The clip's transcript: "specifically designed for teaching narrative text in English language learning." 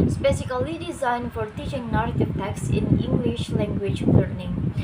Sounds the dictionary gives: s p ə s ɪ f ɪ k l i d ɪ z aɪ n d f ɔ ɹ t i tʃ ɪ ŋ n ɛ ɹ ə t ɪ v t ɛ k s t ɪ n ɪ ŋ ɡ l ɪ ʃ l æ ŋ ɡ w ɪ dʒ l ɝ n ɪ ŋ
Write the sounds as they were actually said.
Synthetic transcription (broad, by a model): s p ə s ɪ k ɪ l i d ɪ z aɪ n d f ɔ ɹ t i tʃ ɪ ŋ n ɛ ɹ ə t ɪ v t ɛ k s ɪ n ɪ ŋ ɡ l ɪ ʃ l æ ŋ ɡ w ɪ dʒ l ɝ n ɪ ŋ